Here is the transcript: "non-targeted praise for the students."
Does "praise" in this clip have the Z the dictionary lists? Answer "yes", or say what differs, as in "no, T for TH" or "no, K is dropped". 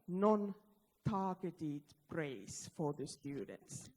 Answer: no, S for Z